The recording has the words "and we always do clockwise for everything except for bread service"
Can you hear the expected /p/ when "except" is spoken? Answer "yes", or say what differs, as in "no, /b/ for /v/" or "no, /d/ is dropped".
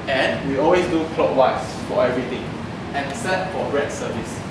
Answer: no, /p/ is dropped